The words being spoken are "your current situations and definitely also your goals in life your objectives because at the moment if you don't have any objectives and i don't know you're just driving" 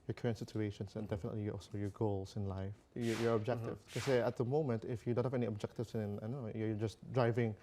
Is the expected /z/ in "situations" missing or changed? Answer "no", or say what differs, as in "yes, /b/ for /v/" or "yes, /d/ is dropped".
yes, /s/ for /z/